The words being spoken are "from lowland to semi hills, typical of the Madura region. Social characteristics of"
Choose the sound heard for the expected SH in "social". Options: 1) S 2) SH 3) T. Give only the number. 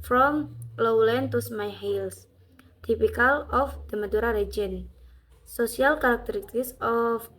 1